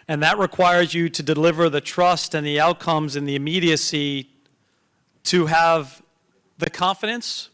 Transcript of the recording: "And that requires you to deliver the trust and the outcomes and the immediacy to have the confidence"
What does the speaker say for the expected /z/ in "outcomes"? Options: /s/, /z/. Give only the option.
/z/